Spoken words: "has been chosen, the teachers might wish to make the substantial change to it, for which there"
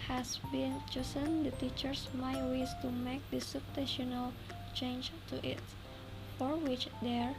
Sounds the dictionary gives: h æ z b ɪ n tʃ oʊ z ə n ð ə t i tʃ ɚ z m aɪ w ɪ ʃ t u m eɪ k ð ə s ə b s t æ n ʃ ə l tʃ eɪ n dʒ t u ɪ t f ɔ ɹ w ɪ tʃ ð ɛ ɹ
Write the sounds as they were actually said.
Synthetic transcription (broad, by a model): h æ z b ɪ n tʃ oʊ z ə n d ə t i tʃ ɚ s m aɪ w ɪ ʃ t u m eɪ k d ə s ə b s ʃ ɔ n ə l tʃ eɪ n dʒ t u ɪ t f ɔ ɹ w ɪ tʃ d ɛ ɹ